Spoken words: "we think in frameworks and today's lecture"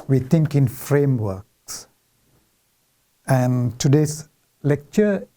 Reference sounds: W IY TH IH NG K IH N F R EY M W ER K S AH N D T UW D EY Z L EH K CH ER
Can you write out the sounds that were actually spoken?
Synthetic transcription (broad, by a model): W IY T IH NG K IH N F R EY M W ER K S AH N T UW D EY S L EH K CH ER